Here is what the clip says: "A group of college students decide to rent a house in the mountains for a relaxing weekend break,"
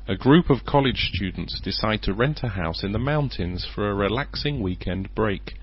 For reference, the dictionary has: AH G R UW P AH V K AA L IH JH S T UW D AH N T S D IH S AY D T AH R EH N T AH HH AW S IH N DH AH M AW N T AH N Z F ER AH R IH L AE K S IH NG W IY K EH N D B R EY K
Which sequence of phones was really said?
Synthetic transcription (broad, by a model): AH G R UW P AH V K AA L IH JH S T UW D N T S D IH S AY D T AH R EH N T AH HH AW S IH N DH AH M AW N T AH N Z F ER AH R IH L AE K S IH NG W IY K EH N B R EY K